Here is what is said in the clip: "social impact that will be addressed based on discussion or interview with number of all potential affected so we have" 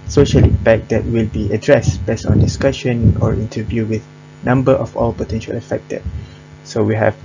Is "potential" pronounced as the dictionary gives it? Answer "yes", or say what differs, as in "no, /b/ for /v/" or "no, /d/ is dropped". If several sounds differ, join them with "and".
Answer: yes